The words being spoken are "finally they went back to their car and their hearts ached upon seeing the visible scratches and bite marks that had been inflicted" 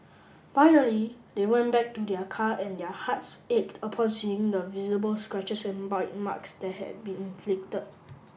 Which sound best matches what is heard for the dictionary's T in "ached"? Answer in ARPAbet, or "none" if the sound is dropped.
T